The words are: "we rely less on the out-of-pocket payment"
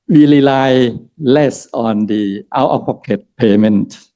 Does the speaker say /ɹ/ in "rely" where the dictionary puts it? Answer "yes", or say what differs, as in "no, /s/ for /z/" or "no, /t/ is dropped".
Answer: no, /l/ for /ɹ/